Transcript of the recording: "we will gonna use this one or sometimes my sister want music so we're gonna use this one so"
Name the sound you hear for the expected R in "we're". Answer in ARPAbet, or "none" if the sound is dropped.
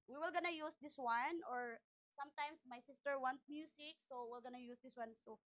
L